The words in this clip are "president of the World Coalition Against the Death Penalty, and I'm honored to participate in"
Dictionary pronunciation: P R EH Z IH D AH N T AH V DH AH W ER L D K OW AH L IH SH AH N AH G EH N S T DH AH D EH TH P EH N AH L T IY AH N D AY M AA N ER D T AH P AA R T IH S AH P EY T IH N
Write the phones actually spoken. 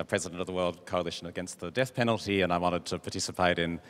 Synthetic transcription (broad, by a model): P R EH Z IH D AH N T AH V DH AH W ER L D K OW AH L IH SH AH N AH G EH N S T DH AH D EH TH P EH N L T IY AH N AY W AA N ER D T AH P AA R T IH S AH P EY T IH N